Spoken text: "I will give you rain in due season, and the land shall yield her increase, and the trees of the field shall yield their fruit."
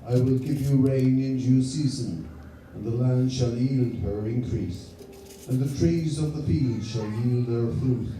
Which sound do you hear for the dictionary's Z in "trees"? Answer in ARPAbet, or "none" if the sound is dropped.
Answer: Z